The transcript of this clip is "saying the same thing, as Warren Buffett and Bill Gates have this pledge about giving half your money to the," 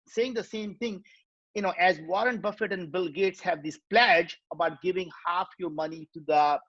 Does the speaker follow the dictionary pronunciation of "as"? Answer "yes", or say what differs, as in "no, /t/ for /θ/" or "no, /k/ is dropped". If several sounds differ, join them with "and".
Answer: yes